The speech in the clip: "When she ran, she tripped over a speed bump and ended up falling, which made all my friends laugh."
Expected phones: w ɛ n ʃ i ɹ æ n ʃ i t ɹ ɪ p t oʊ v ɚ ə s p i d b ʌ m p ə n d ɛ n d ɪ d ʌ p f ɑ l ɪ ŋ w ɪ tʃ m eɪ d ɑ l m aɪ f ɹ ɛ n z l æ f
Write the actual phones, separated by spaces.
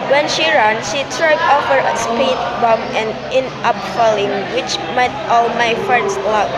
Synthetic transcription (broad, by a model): w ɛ n ʃ i ɹ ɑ n ʃ i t ɹ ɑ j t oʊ f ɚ ə s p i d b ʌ m ə n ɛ n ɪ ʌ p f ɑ l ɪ ŋ w ɪ tʃ m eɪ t ɑ l m aɪ f ɹ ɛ n s l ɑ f